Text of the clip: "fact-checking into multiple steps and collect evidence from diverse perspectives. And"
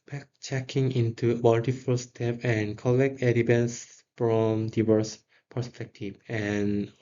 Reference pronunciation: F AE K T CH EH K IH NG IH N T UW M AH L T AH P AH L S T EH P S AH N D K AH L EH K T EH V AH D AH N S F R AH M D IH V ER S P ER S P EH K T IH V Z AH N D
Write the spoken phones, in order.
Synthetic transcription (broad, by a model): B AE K CH EH K IH NG IH N T UW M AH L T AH F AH L S T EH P AH N K AH L EH K T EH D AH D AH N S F R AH M D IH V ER S P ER S P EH K T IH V AH N